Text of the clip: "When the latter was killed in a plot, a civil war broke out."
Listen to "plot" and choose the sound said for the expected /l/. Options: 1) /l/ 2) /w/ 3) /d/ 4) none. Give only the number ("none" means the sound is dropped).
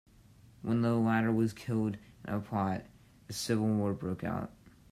4